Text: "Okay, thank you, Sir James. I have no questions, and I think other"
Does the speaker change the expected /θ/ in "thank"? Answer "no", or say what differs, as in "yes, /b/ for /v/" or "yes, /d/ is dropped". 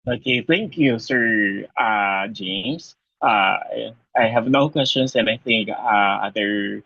no